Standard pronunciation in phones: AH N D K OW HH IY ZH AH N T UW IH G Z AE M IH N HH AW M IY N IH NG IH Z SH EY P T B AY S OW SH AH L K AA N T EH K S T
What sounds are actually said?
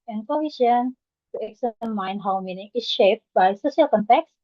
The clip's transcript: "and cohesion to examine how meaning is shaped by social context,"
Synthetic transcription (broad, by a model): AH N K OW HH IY SH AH N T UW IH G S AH M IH N HH AW M IY N IH NG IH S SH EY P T B AY S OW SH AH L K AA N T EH K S